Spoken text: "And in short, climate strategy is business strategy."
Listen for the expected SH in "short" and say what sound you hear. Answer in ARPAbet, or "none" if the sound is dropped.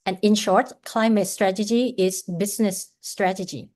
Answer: SH